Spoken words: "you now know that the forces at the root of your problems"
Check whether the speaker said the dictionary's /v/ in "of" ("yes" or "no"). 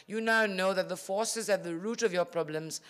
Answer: yes